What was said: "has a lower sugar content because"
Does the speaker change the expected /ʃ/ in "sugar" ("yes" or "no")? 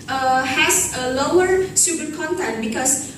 yes